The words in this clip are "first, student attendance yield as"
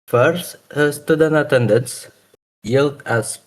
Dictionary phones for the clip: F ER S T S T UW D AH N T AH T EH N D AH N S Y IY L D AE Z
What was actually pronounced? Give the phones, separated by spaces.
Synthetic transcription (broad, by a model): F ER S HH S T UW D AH N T AH T EH N D AH N S Y IY L D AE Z